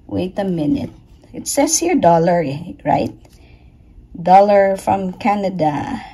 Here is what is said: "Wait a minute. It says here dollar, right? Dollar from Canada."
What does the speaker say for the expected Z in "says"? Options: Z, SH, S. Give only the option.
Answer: S